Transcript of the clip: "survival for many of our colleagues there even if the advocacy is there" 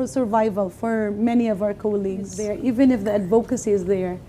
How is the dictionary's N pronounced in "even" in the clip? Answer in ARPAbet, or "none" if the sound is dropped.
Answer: N